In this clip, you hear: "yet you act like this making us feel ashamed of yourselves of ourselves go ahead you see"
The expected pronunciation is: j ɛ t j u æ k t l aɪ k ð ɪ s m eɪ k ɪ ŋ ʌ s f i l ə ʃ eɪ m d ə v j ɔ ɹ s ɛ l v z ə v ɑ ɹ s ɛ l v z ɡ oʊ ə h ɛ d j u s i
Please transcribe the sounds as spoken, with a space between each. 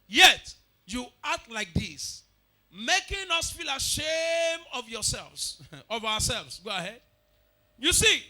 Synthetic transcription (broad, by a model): j ɛ t j u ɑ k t l aɪ k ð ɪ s m eɪ k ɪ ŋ ʌ s f i l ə ʃ eɪ m ə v j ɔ s ɛ l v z ə v ɑ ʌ s ɛ l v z ɡ oʊ ə h ɛ d j u s i